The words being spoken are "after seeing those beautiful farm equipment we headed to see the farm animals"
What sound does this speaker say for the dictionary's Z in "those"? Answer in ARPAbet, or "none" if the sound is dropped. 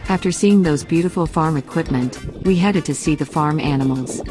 Z